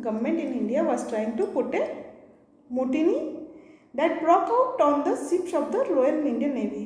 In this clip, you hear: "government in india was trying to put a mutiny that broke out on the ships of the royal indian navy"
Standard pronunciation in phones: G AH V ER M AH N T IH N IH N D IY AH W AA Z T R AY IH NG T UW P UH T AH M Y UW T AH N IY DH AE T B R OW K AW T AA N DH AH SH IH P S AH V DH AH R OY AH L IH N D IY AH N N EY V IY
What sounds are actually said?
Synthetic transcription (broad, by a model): G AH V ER M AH N T IH N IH N D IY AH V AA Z T R AY IH NG T UW P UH T AH M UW T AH N IY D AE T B R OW K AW T AA N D AH S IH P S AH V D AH L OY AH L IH N D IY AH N N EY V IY